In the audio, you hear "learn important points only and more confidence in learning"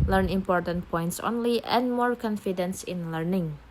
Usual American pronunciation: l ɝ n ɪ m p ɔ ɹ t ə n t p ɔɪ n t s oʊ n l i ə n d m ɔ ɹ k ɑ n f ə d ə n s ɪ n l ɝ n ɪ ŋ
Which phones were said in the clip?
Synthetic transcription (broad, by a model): l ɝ n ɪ m p ɔ ɹ t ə n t p ɔɪ n t s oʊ n l i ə n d m ɔ ɹ k ɑ n f ə d ə n s ɪ n l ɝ n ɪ ŋ